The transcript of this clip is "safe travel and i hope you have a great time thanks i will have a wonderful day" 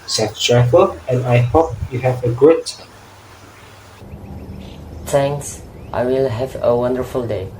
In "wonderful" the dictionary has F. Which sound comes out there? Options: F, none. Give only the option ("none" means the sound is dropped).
F